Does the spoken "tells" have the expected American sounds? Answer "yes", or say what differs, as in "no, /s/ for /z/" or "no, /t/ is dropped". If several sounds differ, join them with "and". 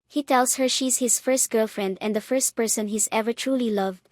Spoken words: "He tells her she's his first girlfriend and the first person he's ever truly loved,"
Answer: no, /s/ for /z/